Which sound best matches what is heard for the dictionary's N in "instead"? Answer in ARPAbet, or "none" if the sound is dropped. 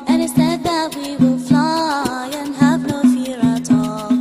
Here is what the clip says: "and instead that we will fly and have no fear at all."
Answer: none